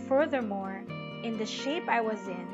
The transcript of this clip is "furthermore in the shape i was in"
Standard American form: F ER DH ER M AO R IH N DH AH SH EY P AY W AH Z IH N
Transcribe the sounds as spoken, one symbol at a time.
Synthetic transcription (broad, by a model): F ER DH ER M AO R IH N DH AH SH EY P AY W AH Z IH N